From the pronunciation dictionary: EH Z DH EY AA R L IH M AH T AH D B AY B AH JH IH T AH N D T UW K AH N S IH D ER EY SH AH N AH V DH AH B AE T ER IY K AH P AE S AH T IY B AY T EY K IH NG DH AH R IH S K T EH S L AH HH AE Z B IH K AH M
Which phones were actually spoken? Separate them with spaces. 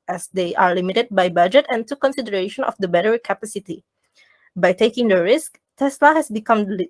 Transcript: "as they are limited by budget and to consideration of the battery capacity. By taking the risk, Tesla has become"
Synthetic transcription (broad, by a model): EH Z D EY AA R L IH M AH T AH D B AY B AH JH IH T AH N T UW K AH N S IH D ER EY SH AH N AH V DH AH B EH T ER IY K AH P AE S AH T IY B AY T EY K IH NG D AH R IH S K T EH S L AH HH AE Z B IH K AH M